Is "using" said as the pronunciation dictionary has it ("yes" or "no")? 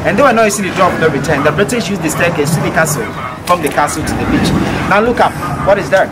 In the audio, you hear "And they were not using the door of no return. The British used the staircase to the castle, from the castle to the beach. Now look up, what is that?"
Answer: no